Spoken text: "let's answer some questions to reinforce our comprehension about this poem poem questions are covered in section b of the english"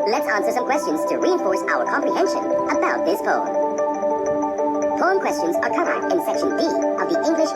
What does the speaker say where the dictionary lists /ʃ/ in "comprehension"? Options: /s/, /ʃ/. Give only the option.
/ʃ/